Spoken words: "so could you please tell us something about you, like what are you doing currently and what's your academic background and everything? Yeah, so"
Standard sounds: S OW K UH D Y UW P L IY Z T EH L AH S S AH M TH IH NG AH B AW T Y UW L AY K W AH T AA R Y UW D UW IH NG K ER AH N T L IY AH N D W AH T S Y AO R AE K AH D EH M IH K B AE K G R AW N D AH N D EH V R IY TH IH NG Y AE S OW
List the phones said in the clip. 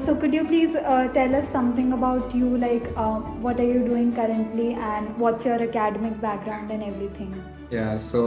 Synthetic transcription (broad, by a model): S OW K UH D Y UW P L IY Z T EH L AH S S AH M T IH NG AH B AW T Y UW L AY K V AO T AA R Y UW D UW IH NG K ER AH N T L IY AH N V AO T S Y AO R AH K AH D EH M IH K B AE K G R AW N D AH N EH V R IY T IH NG Y AE S OW